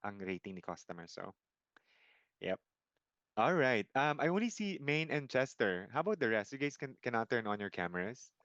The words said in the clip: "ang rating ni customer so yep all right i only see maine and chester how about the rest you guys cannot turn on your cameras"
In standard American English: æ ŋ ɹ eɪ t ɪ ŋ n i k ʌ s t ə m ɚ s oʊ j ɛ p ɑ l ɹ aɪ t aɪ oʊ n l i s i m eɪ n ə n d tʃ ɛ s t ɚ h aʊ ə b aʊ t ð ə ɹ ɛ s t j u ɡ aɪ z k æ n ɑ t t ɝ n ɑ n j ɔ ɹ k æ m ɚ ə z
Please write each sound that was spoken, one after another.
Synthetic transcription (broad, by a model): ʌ ŋ ɹ eɪ t ɪ ŋ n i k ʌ s t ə m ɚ s oʊ j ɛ p ɑ l ɹ aɪ t aɪ oʊ n l i s i m eɪ n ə n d tʃ ɛ s t ɚ h aʊ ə b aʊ t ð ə ɹ ɛ s t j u ɡ aɪ s k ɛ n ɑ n t ɝ n ɑ n j ɔ ɹ k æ m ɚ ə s